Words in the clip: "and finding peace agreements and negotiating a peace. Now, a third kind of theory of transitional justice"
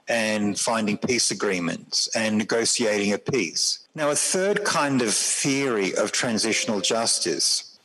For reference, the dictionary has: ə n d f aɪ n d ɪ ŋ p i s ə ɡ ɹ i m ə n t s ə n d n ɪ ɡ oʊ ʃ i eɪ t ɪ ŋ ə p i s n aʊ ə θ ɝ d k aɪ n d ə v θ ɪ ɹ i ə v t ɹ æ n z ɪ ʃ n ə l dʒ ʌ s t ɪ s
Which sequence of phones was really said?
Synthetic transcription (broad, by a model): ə n f aɪ n d ɪ ŋ p i s ə ɡ ɹ i m ə n t s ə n n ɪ ɡ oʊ s i eɪ t ɪ ŋ ə p i s n aʊ ə θ ɝ d k aɪ n d ə v θ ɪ ɹ i ə v t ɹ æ n z ɪ ʃ n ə l dʒ ʌ s t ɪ s